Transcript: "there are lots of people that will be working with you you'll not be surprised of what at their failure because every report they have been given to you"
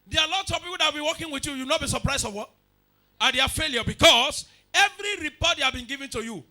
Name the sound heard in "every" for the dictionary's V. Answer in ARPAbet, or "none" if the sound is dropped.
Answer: V